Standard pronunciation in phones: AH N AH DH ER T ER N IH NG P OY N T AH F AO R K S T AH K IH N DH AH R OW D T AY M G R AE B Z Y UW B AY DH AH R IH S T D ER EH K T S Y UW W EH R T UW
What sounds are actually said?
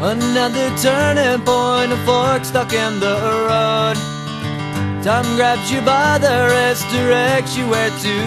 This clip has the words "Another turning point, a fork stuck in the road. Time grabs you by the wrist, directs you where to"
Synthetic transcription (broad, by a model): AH N AH DH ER T ER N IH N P OY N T AH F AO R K S T AH K IH N DH AH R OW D T AY M G R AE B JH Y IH B AY DH AH R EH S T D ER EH K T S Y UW W EH R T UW